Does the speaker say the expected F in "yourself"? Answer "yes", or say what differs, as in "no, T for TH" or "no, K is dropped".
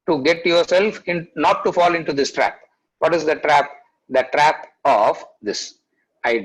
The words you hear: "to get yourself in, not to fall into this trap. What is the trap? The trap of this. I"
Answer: yes